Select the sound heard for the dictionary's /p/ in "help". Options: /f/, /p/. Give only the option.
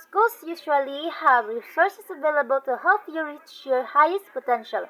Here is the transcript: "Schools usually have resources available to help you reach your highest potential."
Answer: /f/